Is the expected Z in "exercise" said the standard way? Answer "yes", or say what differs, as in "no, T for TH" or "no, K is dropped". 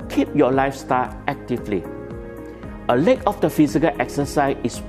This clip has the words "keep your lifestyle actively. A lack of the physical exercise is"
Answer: no, Z is dropped